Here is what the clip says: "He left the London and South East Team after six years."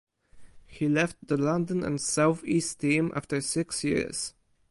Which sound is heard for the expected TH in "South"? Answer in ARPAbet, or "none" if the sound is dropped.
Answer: TH